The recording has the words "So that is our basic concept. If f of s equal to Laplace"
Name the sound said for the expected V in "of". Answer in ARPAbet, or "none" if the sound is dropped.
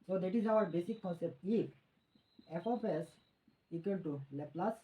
P